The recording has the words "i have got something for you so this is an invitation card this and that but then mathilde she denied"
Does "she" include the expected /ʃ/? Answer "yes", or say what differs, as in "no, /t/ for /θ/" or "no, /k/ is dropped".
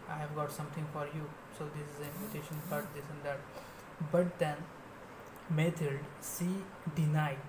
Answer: no, /s/ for /ʃ/